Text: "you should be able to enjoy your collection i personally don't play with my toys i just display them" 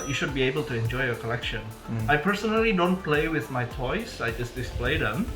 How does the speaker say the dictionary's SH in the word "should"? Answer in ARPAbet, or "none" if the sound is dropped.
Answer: SH